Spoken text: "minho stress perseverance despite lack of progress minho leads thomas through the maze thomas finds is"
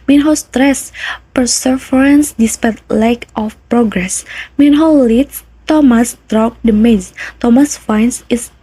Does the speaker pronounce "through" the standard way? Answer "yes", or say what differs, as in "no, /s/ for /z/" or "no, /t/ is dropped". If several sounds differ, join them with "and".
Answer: no, /t/ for /θ/